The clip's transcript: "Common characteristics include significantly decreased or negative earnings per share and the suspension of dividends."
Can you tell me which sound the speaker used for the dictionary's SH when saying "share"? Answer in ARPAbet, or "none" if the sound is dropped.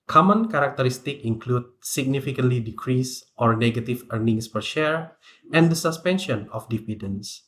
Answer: SH